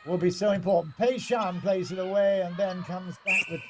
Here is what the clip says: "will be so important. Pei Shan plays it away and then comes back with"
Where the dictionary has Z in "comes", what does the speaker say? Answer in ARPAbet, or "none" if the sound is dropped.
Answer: Z